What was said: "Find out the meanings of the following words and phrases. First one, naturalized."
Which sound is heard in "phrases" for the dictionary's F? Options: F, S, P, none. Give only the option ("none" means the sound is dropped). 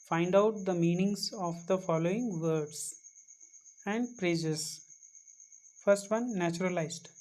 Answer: P